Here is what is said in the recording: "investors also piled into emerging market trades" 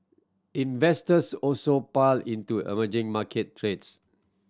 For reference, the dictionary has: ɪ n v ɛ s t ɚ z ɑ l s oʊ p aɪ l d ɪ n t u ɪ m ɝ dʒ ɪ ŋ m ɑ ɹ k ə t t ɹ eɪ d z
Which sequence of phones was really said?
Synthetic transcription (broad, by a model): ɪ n v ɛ s t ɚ s ɑ l s oʊ p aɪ l ɪ n t u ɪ m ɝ dʒ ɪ ŋ m ɑ k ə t t ɹ eɪ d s